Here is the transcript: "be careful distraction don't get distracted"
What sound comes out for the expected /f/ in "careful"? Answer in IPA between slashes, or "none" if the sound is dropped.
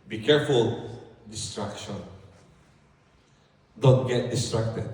/f/